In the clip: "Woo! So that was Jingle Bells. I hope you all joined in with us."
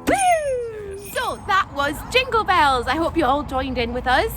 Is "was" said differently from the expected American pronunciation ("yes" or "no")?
no